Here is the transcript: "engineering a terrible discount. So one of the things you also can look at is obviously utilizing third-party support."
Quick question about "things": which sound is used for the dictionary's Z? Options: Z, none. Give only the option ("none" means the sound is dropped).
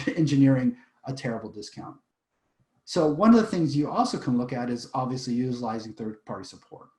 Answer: Z